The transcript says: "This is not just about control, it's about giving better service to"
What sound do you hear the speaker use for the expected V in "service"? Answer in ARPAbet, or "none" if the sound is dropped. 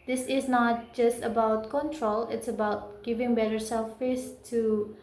F